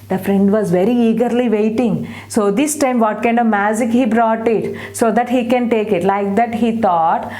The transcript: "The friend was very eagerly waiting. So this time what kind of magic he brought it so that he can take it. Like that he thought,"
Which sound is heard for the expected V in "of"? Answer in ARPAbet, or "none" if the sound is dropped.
V